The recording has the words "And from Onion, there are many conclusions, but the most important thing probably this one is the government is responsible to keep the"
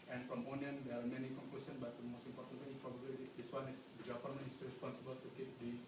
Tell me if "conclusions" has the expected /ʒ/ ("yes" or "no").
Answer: no